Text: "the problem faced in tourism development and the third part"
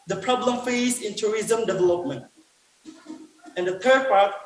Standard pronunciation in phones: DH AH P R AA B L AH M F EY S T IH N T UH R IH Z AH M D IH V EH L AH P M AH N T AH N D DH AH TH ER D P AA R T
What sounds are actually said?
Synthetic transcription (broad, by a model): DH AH P R AA B L AH M F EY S IH N T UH R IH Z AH M D IH V EH L AH P M AH N T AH N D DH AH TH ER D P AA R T